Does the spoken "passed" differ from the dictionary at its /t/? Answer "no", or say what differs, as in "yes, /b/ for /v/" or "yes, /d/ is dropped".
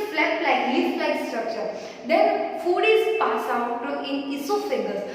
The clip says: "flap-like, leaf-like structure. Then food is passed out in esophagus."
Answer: yes, /t/ is dropped